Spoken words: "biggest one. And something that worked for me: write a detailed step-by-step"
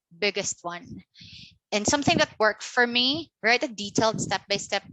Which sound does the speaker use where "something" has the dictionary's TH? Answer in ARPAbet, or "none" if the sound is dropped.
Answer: TH